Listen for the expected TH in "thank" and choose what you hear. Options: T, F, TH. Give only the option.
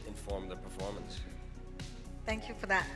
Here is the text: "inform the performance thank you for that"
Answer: TH